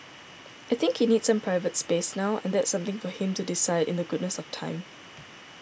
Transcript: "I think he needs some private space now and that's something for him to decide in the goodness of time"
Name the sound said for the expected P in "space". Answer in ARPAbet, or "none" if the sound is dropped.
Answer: P